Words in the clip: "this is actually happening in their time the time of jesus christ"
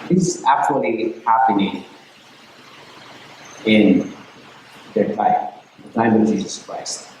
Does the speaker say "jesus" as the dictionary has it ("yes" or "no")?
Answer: yes